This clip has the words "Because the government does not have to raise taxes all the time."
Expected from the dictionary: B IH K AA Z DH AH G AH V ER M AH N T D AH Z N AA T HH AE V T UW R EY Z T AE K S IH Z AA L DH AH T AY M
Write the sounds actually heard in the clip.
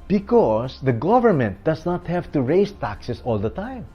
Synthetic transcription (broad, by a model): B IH K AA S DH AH G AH V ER M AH N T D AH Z N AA T HH AE V T UW R EY S T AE K S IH S AA L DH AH T AY M